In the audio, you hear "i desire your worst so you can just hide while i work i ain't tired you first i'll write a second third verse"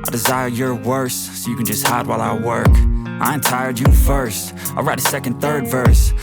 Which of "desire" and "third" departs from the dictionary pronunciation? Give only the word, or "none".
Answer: none